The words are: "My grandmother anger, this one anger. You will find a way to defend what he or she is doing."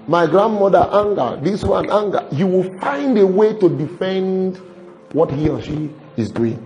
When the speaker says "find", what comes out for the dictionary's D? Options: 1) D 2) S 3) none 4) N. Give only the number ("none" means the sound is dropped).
1